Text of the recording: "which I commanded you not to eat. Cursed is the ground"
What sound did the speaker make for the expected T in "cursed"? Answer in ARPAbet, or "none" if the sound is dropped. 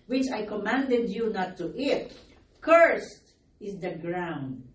T